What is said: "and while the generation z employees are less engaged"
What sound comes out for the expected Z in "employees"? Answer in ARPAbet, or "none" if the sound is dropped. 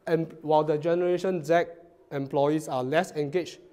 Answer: S